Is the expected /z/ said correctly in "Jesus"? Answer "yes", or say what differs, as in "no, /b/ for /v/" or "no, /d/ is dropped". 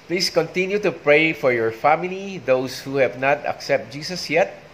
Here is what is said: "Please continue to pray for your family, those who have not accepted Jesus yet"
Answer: no, /s/ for /z/